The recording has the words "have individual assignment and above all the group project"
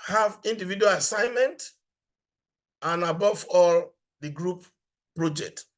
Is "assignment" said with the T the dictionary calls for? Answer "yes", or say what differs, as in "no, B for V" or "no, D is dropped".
yes